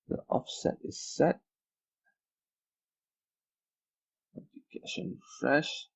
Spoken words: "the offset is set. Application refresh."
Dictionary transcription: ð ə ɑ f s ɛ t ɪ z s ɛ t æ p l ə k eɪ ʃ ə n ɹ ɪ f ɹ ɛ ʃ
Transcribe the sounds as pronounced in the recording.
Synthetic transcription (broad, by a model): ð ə ɑ f s ɛ t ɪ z s ɛ t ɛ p ə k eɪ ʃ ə n f ɹ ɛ ʃ